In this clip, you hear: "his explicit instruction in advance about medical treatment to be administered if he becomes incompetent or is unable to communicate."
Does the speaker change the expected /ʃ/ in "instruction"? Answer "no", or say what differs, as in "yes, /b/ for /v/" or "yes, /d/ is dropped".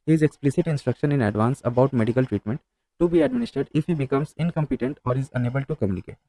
no